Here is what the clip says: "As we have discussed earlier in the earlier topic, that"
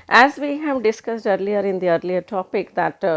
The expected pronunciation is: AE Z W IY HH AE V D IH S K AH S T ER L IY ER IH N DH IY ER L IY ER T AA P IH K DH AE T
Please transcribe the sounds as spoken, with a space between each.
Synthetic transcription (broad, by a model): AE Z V IY HH AE V D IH S K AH S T ER L IY ER IH N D IY ER L IY ER T AA P IH K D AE T